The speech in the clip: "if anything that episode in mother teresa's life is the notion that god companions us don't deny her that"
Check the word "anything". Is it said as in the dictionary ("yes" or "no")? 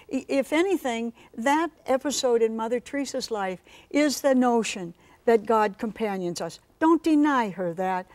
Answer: yes